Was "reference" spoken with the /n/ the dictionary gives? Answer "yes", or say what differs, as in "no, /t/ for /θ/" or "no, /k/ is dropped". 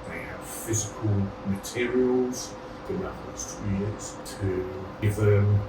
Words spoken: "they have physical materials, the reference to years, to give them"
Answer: no, /n/ is dropped